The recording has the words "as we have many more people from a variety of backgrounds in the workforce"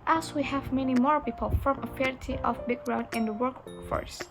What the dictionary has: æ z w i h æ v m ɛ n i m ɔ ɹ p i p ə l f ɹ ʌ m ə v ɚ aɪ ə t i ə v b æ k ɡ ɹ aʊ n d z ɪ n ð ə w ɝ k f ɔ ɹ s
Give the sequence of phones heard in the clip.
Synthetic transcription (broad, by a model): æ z w i h æ v m ɛ n i m ɔ ɹ p i p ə l f ɹ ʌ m ə f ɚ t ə t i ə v b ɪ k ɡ ɹ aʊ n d ɪ n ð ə w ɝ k f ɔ ɹ s